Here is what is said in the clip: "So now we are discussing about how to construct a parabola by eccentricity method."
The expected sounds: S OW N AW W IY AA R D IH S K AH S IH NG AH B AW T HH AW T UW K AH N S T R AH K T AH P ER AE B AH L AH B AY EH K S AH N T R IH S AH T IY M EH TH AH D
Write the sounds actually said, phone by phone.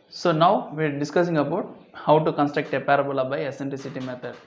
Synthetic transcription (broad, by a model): S OW N AW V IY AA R D IH S K AH S IH NG AH B AW T HH AW T UW K AH N S T R AH K T AH P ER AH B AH L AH B AY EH S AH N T L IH S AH T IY M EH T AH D